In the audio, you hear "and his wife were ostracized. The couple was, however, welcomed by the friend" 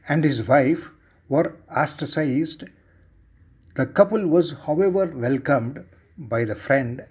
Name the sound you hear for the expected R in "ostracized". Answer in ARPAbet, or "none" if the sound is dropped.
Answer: none